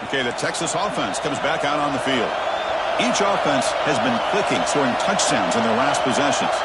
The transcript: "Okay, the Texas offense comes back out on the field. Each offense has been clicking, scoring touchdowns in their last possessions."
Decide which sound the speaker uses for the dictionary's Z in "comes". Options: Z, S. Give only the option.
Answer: Z